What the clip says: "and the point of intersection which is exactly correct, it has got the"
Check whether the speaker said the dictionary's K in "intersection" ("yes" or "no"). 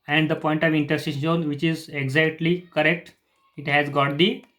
no